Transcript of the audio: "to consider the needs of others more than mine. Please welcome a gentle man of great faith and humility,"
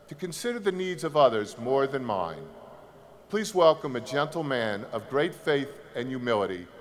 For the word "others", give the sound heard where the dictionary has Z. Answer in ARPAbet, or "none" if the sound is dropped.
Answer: Z